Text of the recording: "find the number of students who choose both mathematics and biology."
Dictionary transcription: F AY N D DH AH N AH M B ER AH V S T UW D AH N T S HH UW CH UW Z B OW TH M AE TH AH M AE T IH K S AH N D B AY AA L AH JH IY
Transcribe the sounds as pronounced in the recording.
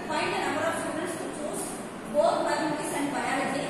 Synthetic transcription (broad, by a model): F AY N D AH N AH M B ER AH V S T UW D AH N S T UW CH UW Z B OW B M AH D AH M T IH S AH N D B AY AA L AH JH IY